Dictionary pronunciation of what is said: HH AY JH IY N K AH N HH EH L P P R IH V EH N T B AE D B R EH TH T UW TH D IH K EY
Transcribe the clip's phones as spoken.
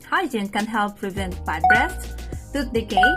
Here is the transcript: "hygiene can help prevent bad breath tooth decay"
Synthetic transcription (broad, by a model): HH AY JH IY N K AH N HH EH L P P R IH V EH N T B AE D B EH T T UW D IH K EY